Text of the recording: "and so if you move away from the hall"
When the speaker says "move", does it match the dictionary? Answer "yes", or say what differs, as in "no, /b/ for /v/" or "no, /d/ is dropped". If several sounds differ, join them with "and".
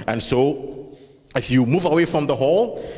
yes